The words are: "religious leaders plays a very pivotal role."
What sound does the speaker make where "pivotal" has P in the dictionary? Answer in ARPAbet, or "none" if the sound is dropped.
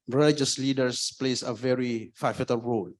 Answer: F